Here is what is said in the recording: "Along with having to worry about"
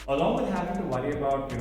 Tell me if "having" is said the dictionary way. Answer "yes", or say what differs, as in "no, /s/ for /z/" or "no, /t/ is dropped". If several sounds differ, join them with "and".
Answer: no, /p/ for /v/